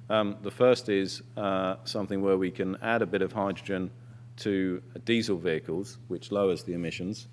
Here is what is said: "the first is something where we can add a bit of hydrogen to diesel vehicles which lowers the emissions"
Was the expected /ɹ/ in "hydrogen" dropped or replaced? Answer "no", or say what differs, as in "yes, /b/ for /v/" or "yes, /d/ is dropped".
no